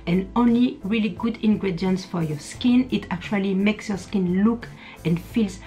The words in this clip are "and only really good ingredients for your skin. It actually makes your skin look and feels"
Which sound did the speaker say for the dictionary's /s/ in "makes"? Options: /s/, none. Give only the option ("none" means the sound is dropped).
/s/